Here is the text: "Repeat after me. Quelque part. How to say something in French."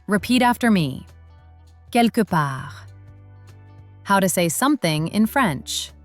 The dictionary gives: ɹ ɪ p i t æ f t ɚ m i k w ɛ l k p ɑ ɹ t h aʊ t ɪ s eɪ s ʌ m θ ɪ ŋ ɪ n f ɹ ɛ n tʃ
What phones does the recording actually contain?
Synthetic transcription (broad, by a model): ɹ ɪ p i t æ f t ɚ m i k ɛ l k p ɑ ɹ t h aʊ t ɪ s eɪ s ʌ m θ ɪ ŋ ɪ n f ɹ ɛ n tʃ